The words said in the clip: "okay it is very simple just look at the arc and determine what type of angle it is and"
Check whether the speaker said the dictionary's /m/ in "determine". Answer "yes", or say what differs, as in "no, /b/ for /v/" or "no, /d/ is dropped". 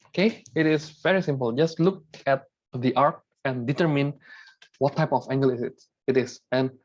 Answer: yes